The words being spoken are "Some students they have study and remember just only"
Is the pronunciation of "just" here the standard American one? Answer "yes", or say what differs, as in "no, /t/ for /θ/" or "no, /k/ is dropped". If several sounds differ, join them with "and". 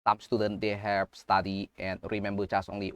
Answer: no, /tʃ/ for /dʒ/